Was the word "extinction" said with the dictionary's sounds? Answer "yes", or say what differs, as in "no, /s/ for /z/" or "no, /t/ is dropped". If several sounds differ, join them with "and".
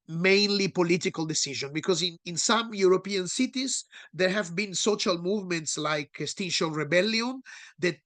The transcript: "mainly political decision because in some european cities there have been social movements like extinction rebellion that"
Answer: no, /k/ is dropped and /ŋ/ is dropped